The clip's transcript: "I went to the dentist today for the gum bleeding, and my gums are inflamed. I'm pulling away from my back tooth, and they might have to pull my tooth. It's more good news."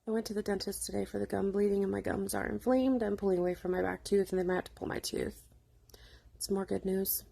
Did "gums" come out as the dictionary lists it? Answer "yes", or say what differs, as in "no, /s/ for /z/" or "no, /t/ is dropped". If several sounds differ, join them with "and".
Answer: yes